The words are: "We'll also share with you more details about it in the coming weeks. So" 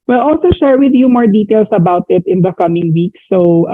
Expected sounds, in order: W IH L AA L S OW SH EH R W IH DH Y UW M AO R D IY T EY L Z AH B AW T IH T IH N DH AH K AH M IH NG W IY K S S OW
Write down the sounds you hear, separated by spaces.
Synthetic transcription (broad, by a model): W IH L AA L S OW SH EH R W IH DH Y UW M AO R D IY T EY L S AH B AW T IH T IH N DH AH K AH M IH NG W IY K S S OW